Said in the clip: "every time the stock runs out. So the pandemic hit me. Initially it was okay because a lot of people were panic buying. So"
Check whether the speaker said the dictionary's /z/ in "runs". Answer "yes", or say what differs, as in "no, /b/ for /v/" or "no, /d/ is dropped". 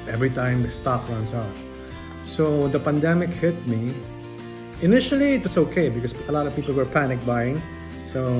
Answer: no, /s/ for /z/